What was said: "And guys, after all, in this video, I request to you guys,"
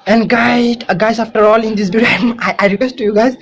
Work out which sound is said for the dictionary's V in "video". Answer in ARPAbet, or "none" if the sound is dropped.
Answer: B